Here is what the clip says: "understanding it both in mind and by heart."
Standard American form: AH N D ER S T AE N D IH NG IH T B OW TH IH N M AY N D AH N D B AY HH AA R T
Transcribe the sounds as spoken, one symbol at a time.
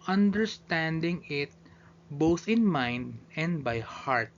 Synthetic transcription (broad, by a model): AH N D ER S T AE N D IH NG IH T B OW TH IH N M AY N D AH N D B AY HH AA R T